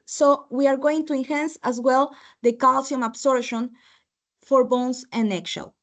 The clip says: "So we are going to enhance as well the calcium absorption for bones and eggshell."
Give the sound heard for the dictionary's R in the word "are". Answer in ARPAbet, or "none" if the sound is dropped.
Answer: R